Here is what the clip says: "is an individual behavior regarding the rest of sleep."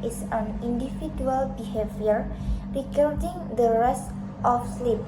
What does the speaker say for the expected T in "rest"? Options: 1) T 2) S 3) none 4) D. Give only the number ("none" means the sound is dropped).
1